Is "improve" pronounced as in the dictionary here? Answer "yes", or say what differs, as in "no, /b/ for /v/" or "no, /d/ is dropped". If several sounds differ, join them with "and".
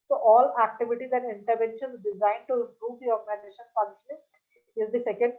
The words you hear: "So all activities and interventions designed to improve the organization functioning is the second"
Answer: no, /m/ is dropped